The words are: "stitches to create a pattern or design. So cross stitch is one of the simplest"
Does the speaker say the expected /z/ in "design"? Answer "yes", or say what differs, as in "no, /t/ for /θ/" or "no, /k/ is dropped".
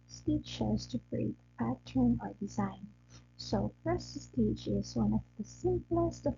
yes